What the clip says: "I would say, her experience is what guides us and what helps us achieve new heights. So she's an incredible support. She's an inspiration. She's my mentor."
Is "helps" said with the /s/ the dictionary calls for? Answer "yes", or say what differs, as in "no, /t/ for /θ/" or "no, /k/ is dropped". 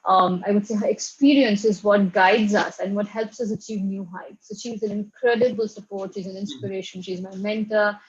yes